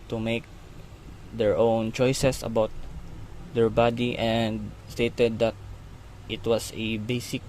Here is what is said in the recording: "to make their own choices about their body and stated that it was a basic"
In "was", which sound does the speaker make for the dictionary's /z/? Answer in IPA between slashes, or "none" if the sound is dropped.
/s/